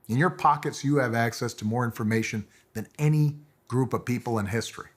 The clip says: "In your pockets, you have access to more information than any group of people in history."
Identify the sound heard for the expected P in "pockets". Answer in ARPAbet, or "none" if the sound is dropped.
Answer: P